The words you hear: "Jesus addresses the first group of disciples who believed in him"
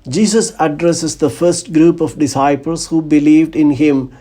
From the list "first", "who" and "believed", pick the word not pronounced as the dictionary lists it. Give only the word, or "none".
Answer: none